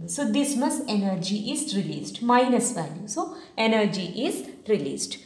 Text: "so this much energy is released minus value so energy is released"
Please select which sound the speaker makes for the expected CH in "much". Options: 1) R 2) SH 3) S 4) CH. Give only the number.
3